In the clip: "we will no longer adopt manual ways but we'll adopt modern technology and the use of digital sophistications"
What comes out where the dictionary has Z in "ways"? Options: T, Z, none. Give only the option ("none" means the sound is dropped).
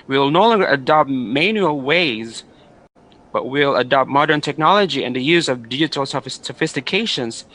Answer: Z